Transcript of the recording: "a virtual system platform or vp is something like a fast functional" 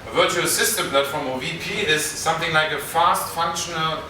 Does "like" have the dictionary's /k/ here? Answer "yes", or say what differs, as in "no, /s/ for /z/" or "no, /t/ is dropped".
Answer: yes